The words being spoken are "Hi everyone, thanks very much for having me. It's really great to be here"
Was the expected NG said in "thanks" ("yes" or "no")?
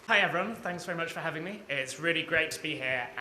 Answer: yes